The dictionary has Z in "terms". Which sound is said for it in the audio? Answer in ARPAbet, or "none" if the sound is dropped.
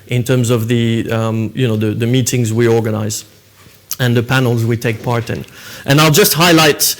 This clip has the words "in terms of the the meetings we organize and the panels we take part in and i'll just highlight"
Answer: Z